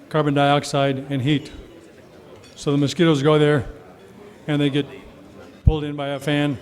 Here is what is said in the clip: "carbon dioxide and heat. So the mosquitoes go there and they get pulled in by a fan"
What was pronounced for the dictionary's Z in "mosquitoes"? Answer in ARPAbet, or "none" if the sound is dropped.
Z